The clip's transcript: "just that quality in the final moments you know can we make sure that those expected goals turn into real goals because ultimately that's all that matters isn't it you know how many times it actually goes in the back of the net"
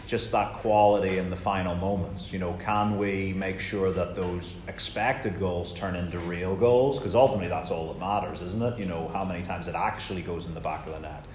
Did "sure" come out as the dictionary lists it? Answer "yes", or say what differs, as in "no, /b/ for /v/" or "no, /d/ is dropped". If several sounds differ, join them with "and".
yes